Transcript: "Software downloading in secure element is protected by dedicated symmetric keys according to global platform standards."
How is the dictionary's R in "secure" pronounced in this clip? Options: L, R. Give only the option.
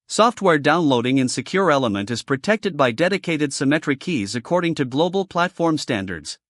R